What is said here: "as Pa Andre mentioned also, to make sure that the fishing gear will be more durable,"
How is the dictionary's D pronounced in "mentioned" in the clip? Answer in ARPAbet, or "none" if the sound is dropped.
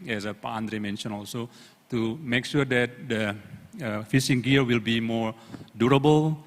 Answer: none